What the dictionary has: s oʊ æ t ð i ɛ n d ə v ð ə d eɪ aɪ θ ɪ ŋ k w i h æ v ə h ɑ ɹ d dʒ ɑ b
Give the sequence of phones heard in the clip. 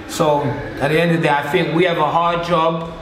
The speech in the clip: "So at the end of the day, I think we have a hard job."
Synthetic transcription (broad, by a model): s oʊ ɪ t ð i ɛ n d ə v ð ə aɪ θ ɪ ŋ k w i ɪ v ə h ɑ ɹ d dʒ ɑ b